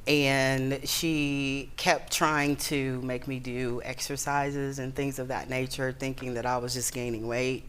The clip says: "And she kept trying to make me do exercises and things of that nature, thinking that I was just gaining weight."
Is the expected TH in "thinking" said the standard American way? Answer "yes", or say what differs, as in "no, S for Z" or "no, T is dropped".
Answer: yes